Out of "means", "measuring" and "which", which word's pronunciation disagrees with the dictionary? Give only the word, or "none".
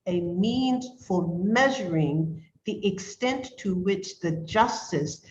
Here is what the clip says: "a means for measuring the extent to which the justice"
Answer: none